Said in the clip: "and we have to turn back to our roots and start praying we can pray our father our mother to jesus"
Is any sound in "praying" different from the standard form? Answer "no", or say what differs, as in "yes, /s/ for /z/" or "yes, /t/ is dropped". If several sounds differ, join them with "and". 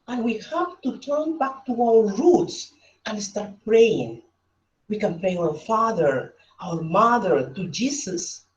no